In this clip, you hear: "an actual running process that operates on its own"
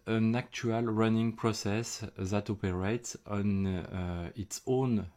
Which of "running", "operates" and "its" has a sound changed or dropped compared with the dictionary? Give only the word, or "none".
none